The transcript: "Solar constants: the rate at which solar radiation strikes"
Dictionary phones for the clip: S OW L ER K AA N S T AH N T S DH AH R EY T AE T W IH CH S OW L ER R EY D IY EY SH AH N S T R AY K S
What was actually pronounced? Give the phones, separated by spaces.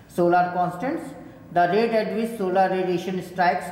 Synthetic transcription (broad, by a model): S OW L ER K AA N S T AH N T S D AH R EY T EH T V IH S S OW L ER R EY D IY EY SH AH N S T R AY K S